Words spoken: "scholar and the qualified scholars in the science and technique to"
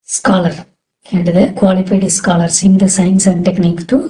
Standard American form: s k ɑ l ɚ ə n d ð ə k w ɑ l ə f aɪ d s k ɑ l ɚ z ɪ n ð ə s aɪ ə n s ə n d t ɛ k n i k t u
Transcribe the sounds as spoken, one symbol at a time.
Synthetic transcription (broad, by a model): s k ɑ l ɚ ə n d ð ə k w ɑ l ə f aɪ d s k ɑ l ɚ s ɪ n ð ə s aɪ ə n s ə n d t ɛ k n i k t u